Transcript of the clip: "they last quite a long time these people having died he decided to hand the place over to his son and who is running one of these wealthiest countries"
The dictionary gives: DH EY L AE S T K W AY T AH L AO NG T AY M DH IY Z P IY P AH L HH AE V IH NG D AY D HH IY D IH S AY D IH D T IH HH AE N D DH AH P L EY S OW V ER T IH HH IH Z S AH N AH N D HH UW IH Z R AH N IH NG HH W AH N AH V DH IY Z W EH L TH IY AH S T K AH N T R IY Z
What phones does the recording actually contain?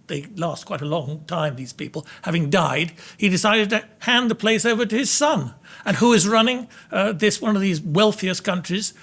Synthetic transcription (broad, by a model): DH EY L AE S T K W AY T AH L AO NG T AY M DH IY Z P IY P L HH AE V IH NG D AY D HH IY D IH S AY D IH D T IH HH AE N DH AH P L EY S OW V ER T IH IH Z S AH N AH N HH UW IH Z R AH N IH NG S W AH N AH V DH IY Z W EH L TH IY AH S K AH N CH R IY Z